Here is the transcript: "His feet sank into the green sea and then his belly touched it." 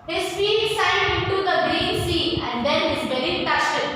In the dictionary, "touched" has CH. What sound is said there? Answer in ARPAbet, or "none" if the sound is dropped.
S